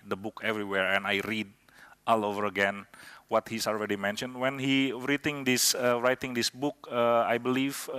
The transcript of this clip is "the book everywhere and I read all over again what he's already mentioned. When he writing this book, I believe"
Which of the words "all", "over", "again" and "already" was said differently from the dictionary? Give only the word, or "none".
none